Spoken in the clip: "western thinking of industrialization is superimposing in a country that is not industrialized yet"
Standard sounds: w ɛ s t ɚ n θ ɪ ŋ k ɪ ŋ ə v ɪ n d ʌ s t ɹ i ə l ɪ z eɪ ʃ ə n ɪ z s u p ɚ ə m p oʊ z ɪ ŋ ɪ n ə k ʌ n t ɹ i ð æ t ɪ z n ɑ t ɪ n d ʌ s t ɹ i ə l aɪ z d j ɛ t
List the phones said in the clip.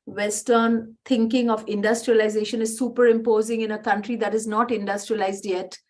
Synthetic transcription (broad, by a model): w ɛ s t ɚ n t ɪ ŋ k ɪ ŋ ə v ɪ n d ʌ s t ɹ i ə l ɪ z eɪ ʃ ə n ɪ z s u p ɚ ə m p oʊ z ɪ ŋ ɪ n ə k ʌ n t ɹ i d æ t ɪ z n ɑ t ɪ n d ʌ s t ɹ i ə l aɪ z d j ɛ t